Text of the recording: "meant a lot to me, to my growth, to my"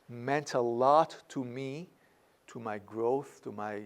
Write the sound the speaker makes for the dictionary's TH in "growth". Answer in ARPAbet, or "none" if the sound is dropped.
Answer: TH